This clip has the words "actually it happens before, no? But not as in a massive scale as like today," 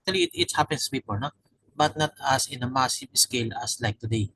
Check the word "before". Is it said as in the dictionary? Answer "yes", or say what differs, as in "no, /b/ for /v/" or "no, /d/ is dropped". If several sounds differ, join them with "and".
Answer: no, /p/ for /f/